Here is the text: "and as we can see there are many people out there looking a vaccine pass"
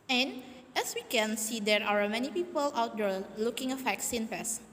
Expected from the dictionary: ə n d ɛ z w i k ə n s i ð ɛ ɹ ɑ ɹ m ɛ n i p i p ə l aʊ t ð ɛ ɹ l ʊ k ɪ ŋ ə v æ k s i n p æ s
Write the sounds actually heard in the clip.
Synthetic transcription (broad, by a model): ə n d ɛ s w i k ə n s i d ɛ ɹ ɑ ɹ m ɛ n i p i p ə l aʊ t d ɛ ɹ l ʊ k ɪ ŋ ə f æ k s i n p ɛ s